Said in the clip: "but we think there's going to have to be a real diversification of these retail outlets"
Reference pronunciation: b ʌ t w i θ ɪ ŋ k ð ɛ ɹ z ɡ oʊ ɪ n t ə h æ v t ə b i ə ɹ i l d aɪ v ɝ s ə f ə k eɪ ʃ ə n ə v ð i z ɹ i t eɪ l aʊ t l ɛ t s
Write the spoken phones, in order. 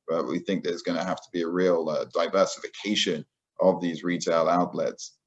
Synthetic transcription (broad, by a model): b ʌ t w i θ ɪ ŋ k ð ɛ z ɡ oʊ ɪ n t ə h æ f t ə b i ə ɹ i l d aɪ v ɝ s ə f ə k eɪ ʃ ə n ə v ð i z ɹ i t eɪ l aʊ t l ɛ t s